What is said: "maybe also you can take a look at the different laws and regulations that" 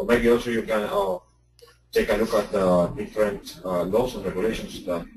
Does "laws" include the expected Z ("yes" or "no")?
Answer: no